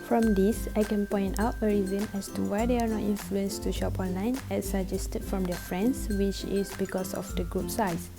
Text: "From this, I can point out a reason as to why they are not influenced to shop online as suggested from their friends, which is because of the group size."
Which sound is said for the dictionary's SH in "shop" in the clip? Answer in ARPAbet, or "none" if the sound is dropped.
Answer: SH